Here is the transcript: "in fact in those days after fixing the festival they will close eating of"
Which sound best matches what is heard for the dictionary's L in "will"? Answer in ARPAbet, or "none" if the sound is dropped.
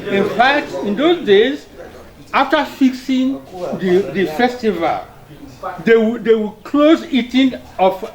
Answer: W